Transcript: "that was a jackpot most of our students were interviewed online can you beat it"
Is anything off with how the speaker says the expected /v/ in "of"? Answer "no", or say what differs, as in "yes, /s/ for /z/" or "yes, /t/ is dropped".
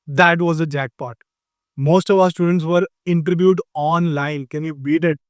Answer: no